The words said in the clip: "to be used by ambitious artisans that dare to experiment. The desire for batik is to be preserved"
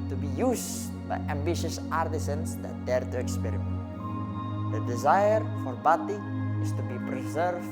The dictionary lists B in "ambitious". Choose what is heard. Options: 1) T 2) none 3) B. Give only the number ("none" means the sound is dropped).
3